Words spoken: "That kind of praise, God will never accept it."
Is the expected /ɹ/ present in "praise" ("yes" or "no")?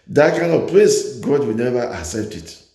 no